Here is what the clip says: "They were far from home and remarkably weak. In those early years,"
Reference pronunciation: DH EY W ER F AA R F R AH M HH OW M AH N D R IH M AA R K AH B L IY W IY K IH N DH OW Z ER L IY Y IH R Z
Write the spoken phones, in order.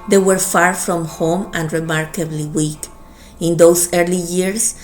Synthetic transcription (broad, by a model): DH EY W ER F AA R F R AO M HH OW M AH N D R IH M AA R K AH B L IY W IY K IH N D OW S ER L IY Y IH R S